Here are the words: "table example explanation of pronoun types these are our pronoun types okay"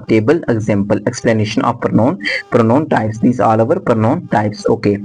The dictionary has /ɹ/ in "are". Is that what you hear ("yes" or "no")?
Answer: no